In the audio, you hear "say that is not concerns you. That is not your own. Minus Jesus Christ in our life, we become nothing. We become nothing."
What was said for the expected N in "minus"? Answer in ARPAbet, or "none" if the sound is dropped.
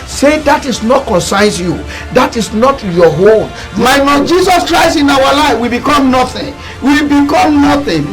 L